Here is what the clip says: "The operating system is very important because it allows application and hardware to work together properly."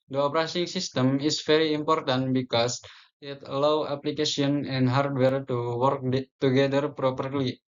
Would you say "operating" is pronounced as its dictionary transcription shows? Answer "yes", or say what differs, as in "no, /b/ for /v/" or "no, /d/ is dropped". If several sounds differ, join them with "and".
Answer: no, /s/ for /t/